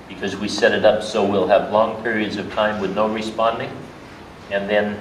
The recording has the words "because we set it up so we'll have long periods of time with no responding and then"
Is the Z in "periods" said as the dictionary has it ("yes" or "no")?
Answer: yes